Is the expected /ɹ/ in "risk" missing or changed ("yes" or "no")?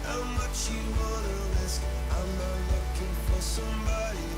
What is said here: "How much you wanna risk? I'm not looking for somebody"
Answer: yes